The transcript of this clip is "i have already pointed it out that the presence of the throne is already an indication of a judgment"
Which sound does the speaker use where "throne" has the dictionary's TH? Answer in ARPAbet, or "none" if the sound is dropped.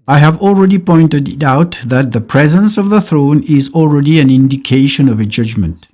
TH